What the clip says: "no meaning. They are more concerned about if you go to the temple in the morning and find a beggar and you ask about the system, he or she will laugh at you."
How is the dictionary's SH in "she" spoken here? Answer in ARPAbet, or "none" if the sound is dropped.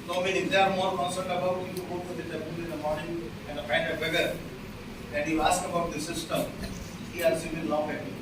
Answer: S